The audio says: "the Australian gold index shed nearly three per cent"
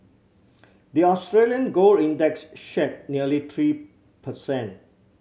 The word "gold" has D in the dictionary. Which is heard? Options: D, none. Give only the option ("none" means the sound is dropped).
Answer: none